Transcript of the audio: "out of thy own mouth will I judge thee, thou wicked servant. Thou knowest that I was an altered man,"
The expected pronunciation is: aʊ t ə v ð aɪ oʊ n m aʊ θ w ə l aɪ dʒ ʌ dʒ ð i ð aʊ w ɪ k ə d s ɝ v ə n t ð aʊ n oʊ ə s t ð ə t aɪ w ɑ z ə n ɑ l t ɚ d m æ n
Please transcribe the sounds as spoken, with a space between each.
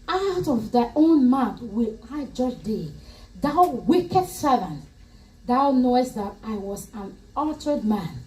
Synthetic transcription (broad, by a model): aʊ t ə v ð aɪ oʊ n m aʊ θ w ə l aɪ dʒ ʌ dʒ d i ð aʊ w ɪ k ə d s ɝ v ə n t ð aʊ n oʊ ə s t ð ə t aɪ w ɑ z ə n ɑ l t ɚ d m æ n